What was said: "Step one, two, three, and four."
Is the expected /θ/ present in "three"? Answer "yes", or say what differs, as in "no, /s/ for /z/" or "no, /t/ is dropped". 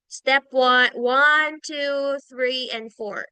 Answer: yes